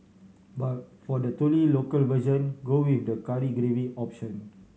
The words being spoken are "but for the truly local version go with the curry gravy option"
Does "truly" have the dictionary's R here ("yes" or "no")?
no